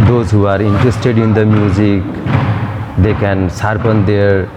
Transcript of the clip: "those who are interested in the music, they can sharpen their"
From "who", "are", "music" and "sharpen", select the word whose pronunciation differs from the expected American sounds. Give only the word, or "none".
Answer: sharpen